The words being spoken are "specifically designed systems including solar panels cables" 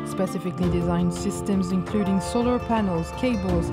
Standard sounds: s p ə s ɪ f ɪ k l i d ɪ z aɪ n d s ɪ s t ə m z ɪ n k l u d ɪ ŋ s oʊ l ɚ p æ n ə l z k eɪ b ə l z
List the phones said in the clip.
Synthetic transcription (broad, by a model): s p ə s ɪ f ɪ k l i d ɪ z aɪ n d s ɪ s t ə m z ɪ n k l u d ɪ ŋ s oʊ l ɚ p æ n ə l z k eɪ b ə l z